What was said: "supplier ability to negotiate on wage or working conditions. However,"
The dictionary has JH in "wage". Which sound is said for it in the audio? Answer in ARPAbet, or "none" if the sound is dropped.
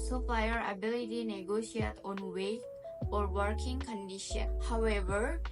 none